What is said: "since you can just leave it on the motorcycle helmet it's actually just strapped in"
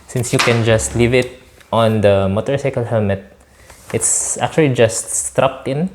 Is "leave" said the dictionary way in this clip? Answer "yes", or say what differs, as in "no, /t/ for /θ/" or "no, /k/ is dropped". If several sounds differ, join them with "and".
yes